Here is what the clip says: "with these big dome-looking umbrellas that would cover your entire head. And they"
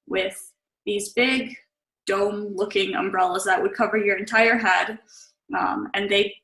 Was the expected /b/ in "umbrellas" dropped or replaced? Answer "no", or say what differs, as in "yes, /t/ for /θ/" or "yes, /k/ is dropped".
no